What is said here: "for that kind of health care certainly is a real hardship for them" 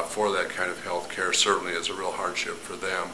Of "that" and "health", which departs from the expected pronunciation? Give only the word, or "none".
none